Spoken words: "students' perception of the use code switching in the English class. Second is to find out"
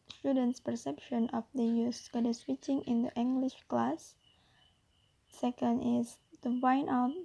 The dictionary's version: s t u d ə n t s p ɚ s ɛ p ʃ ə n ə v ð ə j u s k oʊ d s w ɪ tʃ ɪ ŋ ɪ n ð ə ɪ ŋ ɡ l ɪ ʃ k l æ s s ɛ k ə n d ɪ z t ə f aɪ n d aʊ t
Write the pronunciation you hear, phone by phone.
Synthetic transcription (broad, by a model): s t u d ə n t s p ɚ s ɛ p ʃ ə n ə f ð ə j u s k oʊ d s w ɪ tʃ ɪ ŋ ɪ n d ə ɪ ŋ ɡ l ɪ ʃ k l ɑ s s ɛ k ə n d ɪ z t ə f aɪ n aʊ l